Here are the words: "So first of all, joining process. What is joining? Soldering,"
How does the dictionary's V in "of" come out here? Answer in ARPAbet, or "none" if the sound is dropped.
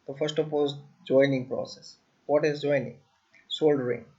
P